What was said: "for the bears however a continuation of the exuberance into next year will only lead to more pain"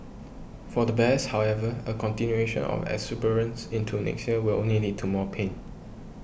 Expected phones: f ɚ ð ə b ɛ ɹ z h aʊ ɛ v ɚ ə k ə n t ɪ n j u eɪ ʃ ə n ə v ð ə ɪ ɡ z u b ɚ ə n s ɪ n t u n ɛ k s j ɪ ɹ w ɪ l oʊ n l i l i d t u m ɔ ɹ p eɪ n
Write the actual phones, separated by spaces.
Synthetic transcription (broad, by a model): f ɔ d ə b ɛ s h aʊ ɛ v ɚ ə k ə n t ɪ n j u eɪ ʃ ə n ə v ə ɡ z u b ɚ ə n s ɪ n t u n ɛ k s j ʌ w ɪ l oʊ n l i n i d t u m ɔ p eɪ n